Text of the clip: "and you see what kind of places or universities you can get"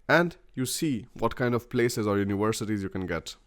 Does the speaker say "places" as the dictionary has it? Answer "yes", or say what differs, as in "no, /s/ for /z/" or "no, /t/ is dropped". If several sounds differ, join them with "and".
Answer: yes